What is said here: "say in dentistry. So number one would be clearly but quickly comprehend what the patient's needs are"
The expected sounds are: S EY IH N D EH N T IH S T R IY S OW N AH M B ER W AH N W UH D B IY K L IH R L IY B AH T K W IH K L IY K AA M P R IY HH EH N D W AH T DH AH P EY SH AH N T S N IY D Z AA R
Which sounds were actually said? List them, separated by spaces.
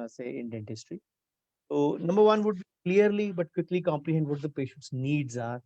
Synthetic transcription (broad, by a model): S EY IH N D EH N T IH S T R IY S OW N AH M B ER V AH N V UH D B IY K L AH R L IY B AH T K W IH K L IY K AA M P L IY HH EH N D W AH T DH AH P EY SH AH N T S N IY D Z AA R